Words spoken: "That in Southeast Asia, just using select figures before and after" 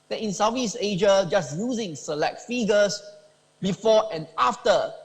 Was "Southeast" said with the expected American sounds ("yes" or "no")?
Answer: no